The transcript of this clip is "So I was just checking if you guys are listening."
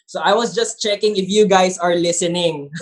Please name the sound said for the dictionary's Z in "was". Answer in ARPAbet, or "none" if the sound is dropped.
S